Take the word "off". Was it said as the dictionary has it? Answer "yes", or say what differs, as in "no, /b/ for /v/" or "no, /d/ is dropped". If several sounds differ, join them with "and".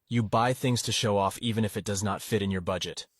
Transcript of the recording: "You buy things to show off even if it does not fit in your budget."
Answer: yes